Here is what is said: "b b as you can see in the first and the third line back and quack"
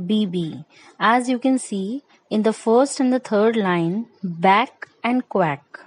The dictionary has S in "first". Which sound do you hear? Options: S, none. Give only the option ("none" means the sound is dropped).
S